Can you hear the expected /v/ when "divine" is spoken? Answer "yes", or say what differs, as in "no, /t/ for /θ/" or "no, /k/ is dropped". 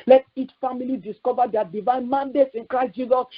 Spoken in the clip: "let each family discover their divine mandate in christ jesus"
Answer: yes